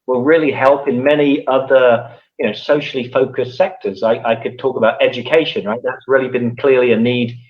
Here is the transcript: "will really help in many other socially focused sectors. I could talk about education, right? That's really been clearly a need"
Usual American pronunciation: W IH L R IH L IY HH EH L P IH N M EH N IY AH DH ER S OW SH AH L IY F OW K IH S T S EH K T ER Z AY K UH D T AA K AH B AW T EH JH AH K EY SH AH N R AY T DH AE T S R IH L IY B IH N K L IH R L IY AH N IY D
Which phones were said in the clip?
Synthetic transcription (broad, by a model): W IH L R IH L IY HH EH L P IH N M EH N IY AH DH ER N OW S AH L IY F OW K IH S S EH K T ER Z AY K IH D T AA K AH B AW T EH JH AH K EY SH AH N R AY T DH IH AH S R IH L IY B IH N K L IH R L IY AH N IY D